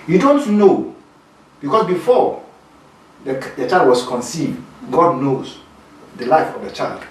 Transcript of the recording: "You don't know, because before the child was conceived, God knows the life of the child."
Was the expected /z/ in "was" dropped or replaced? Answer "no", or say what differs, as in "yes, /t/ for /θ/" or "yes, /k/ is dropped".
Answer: yes, /s/ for /z/